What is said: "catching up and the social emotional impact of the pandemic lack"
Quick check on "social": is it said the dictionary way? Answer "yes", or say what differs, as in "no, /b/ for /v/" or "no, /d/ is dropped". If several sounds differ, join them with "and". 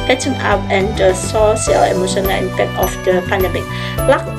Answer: no, /s/ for /ʃ/